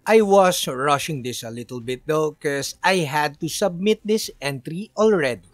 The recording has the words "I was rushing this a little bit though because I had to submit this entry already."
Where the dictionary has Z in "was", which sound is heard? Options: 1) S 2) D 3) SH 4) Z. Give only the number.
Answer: 1